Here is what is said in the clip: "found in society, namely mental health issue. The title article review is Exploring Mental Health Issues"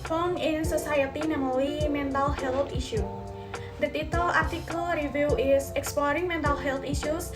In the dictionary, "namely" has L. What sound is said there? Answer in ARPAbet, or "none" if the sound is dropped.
W